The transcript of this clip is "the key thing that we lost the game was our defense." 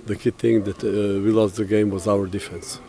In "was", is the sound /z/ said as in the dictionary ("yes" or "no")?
yes